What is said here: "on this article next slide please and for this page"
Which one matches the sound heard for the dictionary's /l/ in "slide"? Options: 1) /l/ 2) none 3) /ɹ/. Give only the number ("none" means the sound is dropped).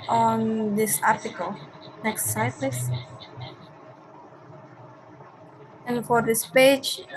2